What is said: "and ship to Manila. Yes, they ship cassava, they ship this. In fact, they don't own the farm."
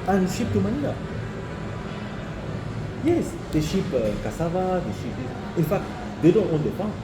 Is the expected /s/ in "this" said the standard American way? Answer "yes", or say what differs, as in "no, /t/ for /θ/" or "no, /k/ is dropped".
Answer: no, /s/ is dropped